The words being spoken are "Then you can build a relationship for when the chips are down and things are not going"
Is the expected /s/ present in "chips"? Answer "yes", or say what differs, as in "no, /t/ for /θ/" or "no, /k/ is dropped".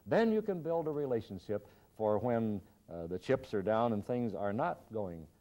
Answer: yes